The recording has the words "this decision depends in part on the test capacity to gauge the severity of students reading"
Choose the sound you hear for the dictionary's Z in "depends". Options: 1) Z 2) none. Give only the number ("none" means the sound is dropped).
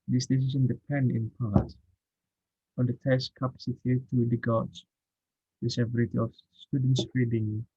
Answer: 2